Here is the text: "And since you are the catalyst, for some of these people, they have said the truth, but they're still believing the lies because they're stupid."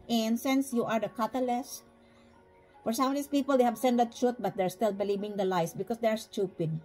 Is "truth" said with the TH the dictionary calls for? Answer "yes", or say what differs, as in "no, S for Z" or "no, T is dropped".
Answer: no, T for TH